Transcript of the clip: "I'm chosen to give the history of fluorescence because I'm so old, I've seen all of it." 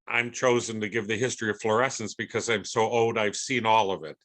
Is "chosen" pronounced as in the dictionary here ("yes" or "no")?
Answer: yes